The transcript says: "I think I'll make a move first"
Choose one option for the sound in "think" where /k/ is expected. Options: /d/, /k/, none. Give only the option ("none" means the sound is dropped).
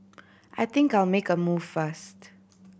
/k/